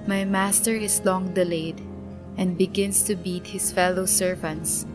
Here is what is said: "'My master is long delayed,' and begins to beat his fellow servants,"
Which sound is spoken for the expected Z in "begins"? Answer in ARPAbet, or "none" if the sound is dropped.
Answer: S